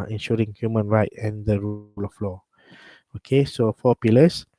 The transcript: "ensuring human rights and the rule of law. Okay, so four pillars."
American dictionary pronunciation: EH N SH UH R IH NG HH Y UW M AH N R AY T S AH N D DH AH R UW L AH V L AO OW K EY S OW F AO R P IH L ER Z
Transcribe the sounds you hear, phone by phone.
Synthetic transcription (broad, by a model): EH N SH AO R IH NG HH Y UW M AH N R AY T AH N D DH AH R UW L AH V L AO OW K EY S OW F AO P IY L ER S